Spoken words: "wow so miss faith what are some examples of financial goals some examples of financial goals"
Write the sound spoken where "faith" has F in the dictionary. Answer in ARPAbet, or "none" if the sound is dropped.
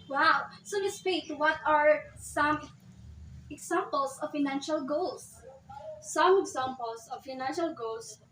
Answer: P